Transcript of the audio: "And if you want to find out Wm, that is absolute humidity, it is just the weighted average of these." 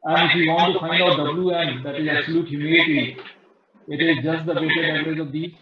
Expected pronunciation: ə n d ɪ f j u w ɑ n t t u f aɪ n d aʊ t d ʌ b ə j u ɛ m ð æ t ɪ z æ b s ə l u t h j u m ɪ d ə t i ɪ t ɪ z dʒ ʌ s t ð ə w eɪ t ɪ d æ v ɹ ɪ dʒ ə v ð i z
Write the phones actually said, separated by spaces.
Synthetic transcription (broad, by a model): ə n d ɪ f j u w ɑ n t t u f aɪ n d aʊ t d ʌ b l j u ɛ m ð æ t ɪ z æ b s ə l u t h j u m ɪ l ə t i ɪ t ɪ z dʒ ʌ s t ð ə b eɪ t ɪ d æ ɹ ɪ z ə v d i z